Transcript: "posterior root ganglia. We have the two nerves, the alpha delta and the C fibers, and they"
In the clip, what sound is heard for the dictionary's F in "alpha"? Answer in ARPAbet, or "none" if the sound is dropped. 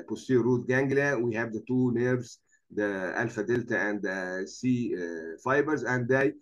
F